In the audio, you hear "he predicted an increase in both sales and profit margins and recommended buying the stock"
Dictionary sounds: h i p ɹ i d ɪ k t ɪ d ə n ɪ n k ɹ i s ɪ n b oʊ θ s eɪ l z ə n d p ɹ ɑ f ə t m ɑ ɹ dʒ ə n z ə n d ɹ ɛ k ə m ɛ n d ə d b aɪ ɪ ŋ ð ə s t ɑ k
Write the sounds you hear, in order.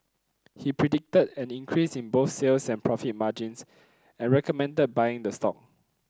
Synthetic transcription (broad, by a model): h i p ɹ i d ɪ k t ɪ d ə n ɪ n k ɹ i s ɪ n b oʊ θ s eɪ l s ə n p ɹ ɑ f ə t m ɑ dʒ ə n s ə n ɹ ɛ k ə m ɛ n d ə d b aɪ ɪ ŋ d ə s t ɑ k